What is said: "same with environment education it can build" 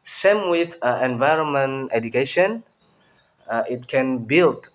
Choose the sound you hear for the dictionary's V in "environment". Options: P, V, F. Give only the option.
V